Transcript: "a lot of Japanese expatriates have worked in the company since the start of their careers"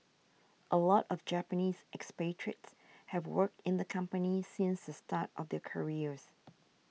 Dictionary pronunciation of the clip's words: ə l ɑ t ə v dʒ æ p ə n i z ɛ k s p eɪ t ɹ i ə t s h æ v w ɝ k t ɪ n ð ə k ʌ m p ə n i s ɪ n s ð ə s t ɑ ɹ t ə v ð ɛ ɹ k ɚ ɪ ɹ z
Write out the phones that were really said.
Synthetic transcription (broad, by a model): ə l ɑ t ə v dʒ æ p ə n i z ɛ k s p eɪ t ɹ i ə t s h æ v w ɝ k t ɪ n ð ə k ʌ m p ə n i s ɪ n s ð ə s t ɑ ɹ t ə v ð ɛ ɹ k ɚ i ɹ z